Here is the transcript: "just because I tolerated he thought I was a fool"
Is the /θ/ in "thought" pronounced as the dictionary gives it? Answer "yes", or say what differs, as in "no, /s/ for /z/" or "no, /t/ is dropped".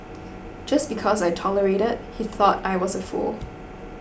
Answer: yes